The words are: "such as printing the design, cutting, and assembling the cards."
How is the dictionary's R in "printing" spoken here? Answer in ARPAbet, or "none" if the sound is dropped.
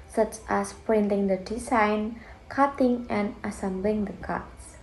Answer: R